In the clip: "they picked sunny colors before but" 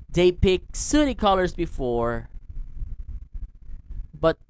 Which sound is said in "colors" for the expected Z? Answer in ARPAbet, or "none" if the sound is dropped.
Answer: Z